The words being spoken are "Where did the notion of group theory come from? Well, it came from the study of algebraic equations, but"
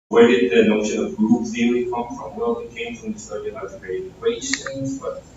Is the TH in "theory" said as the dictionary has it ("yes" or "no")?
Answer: no